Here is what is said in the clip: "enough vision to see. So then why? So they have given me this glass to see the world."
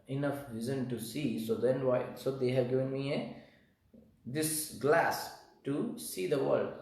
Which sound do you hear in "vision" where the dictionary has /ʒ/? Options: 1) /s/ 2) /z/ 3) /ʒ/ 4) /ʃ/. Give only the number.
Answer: 2